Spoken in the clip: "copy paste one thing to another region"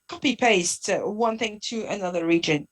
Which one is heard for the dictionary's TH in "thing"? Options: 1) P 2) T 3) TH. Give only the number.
3